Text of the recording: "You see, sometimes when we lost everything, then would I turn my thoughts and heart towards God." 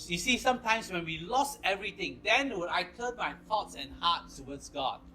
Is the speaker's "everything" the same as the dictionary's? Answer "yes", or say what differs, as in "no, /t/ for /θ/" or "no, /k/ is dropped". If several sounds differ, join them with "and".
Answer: no, /t/ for /θ/